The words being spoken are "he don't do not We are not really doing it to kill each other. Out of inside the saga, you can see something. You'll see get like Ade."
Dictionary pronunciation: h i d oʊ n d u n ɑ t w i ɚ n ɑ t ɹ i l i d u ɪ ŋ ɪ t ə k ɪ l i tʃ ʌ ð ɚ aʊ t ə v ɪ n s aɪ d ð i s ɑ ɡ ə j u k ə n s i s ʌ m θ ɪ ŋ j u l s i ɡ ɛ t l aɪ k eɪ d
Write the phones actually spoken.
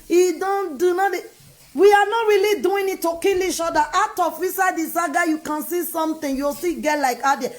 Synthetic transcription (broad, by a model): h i d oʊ n d u n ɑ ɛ w i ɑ n ɑ t ɹ i l i d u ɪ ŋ ɪ t ə k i l i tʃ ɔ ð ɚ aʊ t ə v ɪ s aɪ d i s ɑ ɡ ə j u k ə n s i s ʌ m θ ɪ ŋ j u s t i ɡ ɛ t l aɪ k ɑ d